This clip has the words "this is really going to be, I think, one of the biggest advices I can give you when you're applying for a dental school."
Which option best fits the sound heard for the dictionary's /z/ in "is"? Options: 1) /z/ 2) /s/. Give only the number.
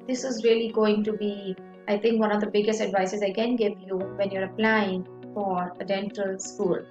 1